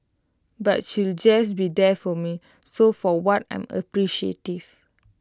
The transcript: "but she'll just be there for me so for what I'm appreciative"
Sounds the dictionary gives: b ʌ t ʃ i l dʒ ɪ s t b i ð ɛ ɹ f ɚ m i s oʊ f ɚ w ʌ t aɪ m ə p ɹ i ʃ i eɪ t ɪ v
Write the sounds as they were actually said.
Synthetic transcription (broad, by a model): b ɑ t ʃ i l dʒ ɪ s b i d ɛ f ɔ m i s oʊ f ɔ w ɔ t aɪ m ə p ɹ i ʃ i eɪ t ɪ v